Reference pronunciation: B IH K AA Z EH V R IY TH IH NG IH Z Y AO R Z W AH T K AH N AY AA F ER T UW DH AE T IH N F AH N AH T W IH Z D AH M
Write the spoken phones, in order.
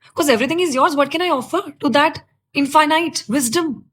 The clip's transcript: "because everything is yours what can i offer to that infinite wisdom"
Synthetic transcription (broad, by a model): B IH K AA Z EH V R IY T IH NG IH Z Y AO R Z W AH T K AH N AY AA F ER T UW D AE T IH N F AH N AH T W IH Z D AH M